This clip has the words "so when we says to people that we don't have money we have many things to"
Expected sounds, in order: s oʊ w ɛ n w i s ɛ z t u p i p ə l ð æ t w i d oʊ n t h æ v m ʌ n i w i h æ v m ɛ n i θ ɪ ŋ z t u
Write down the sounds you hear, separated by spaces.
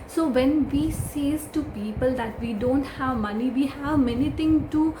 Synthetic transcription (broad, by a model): s oʊ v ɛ n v i s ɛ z t u p i p ə l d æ t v i d oʊ n t h æ v m ʌ n i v i h æ v m ɛ n i t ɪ ŋ t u